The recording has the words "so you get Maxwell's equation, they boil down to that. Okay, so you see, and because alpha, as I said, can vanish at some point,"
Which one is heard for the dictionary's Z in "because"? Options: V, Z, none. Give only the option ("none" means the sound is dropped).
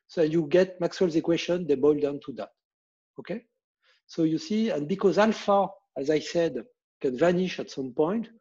Z